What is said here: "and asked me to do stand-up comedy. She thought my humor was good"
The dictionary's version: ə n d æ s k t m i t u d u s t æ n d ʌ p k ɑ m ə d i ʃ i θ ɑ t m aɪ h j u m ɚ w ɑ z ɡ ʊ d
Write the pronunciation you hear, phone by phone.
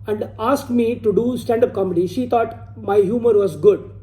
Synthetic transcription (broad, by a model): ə n d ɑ s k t m i t u d u s t æ n d ʌ p k ɑ m ə d i ʃ i t ɑ t m aɪ h j u m ɚ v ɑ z ɡ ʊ d